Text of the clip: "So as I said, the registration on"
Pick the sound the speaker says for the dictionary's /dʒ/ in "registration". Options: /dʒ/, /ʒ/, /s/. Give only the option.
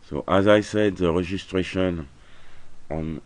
/ʒ/